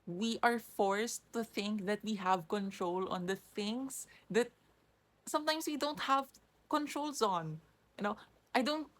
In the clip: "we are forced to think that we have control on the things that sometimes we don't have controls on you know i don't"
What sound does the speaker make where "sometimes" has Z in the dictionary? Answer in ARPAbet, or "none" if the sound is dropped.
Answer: S